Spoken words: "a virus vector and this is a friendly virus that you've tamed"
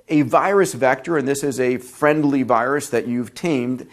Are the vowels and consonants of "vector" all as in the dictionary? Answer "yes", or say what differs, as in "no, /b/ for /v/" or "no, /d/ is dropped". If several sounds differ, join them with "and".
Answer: yes